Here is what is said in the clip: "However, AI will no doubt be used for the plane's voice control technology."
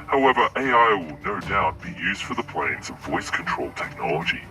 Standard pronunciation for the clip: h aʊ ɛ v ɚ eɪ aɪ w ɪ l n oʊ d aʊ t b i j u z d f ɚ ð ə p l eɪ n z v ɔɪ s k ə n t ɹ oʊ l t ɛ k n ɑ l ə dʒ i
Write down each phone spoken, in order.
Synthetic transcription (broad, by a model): h aʊ ɛ v ɚ eɪ aɪ w ɪ l n oʊ d aʊ t b i j u z d f ɚ ð ə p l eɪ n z v ɔɪ s k ə n t ɹ oʊ l t ɛ k n ɑ l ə dʒ i